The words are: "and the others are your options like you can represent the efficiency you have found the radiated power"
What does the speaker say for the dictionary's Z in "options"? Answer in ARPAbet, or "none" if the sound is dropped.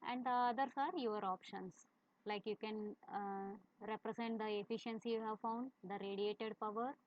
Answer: S